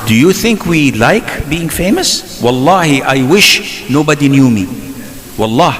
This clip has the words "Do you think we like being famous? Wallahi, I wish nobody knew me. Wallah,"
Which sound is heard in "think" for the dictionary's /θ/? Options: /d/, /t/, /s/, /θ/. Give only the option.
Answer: /θ/